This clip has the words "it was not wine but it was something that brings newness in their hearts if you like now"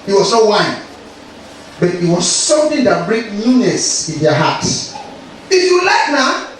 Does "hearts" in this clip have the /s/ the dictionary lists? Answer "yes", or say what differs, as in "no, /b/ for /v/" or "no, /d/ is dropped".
no, /s/ is dropped